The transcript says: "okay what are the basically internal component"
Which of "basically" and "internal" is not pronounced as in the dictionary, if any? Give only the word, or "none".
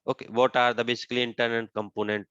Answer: internal